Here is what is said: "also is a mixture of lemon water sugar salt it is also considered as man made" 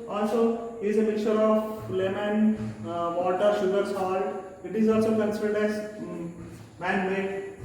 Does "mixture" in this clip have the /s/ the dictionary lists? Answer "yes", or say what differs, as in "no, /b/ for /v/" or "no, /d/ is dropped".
no, /s/ is dropped